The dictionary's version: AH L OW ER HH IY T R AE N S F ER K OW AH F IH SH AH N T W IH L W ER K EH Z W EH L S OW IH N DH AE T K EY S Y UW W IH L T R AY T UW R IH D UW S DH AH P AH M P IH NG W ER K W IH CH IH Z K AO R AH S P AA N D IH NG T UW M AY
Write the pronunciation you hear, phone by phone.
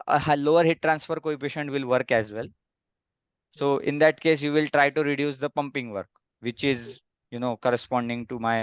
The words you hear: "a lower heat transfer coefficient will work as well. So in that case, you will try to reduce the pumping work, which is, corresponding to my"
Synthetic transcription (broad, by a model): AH L OW ER HH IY T R AE N S F ER K OW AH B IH SH AH N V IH L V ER K EH Z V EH L S OW IH N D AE T K EY S Y UW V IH L T R AY T UW R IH D UW S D AH P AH M P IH NG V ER K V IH CH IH Z K AO R AH S P AA N D IH NG T UW M AY